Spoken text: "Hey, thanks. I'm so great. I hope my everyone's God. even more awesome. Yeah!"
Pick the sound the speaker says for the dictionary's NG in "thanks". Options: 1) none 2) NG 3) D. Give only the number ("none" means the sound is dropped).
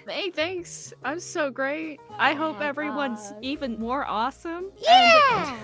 2